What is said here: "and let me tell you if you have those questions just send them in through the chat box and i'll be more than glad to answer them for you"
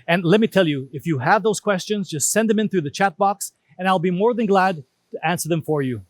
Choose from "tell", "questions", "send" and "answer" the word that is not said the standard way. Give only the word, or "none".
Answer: none